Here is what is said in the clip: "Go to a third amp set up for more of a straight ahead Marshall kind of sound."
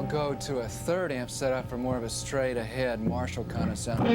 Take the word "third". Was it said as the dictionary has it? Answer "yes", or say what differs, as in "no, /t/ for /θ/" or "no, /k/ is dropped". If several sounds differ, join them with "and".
yes